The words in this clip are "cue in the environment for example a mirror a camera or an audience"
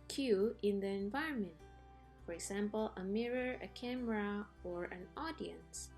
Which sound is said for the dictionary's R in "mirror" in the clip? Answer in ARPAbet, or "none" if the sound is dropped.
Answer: R